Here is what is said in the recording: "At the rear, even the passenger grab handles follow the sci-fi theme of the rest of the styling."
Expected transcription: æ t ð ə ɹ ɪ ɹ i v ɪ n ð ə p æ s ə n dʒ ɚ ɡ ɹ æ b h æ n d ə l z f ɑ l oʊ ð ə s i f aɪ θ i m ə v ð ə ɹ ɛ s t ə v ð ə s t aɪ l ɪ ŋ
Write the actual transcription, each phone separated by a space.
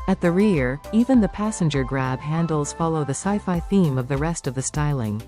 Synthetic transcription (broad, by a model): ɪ t ð ə ɹ ɪ ɹ i v ɪ n ð ə p æ s ə n dʒ ɚ ɡ ɹ æ b h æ n d l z f ɑ l oʊ ð ə s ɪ f aɪ θ i m ə v ð ə ɹ ɛ s t ə v ð ə s t aɪ l ɪ ŋ